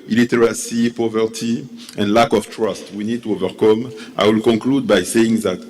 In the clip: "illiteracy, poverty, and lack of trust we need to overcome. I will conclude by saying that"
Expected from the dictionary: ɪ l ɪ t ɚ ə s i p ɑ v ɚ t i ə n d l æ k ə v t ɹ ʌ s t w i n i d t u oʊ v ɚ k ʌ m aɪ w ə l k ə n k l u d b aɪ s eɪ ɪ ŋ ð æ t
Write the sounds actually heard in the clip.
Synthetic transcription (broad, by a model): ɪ l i t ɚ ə s i p ɑ v ɚ t i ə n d l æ k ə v t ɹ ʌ s t w i n i d t u oʊ v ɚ k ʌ m aɪ w ə l k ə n k l u d b aɪ s eɪ ɪ ŋ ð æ t